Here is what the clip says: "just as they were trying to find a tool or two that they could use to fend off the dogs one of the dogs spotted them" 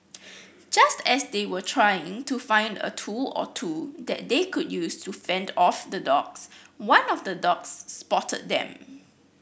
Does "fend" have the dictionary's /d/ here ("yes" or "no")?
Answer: yes